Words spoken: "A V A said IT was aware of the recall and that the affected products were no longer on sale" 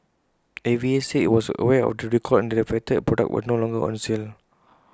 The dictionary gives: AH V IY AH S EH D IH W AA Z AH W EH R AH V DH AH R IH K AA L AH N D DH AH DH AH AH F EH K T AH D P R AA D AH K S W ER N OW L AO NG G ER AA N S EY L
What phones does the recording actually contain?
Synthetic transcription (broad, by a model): AH V IY AH S IH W AA S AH W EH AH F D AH R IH K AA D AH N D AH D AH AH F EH T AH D P R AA D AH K W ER N OW L AO NG G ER AA N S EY L